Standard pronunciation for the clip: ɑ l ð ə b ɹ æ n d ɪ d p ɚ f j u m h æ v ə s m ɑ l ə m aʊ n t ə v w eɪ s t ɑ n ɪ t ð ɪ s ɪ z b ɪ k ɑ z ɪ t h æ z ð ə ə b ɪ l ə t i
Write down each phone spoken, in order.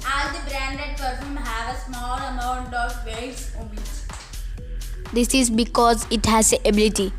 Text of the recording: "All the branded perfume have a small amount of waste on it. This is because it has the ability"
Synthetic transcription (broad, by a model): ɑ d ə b ɹ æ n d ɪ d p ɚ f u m h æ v ə s m ɑ l ə m aʊ n t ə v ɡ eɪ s ɔ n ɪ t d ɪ s ɪ z b ɪ k ɑ z ɪ t h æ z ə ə b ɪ l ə t i